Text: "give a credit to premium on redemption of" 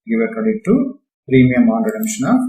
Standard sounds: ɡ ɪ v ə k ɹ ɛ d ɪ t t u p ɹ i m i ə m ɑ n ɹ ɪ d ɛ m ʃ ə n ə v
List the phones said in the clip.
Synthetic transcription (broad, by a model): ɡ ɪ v ə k ʌ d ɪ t t u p ɹ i m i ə m ɑ n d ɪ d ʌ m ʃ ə n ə